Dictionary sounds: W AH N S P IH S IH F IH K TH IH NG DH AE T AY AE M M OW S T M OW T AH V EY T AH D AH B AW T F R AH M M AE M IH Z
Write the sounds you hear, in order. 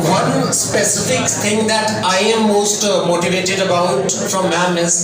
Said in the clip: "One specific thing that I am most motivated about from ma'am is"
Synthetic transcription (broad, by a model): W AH N S P IH S IH F IH K T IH NG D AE T AY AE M M OW S T M OW T AH V EY T AH D AH B AW T F R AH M M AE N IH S